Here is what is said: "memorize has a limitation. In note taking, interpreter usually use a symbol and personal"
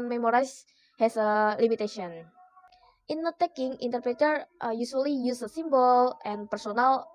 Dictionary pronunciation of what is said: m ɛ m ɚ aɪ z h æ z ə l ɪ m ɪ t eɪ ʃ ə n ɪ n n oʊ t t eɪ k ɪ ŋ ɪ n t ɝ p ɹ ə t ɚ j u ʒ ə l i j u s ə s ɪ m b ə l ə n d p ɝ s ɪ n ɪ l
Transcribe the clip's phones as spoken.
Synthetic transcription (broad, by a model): m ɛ m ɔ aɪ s h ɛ s ə l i m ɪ t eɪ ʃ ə ɪ n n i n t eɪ k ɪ ŋ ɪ n t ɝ p ɹ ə t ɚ j u s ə l i j u s ə s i m b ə l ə n p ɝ s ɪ n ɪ l